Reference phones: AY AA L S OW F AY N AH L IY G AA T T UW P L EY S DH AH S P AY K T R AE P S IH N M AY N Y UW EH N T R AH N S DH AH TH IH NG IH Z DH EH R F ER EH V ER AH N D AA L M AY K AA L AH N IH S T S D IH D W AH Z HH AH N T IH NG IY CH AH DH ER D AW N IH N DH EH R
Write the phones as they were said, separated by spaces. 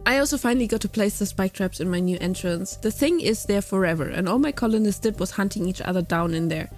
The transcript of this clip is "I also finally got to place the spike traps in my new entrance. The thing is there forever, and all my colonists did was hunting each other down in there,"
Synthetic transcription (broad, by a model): AY AA L S OW F AY N AH L IY G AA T T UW P L EY S DH AH S P AY K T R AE P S IH N M AY N Y UW EH N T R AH N S DH AH TH IH NG IH Z DH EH R F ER EH V ER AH N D AA L M AY K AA L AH N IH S S D IH D W AH Z HH AH N T IH NG IY CH AH DH ER D AW N IH N DH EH R